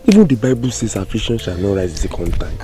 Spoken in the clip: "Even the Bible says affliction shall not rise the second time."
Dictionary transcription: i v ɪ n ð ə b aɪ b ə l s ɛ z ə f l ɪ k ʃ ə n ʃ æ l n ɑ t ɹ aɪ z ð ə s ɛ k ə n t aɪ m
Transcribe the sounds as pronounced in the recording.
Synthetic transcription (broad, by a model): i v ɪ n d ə b aɪ b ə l s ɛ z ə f ɪ ʃ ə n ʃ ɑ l n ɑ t ɹ aɪ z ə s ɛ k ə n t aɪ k